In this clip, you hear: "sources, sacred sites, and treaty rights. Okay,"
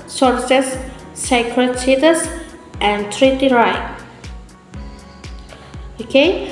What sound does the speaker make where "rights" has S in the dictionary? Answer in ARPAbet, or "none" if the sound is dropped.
none